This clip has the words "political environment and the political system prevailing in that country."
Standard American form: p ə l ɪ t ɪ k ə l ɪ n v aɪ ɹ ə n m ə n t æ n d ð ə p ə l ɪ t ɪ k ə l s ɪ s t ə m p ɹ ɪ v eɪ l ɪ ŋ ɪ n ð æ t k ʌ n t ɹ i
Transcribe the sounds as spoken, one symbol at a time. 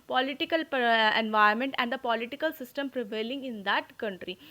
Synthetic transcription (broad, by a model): p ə l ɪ t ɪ k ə l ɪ n v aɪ ə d m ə n t æ n d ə p ə l ɪ t ɪ k ə l s ɪ s t ə m p ɹ ɪ v eɪ l ɪ ŋ ɪ n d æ t k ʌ n t ɹ i